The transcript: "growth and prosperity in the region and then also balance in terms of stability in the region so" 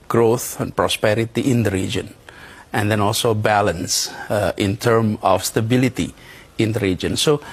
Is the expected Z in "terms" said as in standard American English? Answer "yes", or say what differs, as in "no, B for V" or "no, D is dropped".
no, Z is dropped